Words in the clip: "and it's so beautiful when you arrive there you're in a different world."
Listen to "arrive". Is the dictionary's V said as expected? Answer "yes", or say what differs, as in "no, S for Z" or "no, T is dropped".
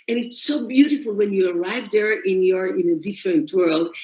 yes